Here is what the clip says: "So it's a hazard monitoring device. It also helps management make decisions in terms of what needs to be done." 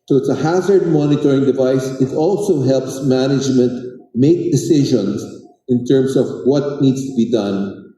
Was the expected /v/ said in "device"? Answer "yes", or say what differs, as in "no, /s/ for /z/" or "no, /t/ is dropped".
yes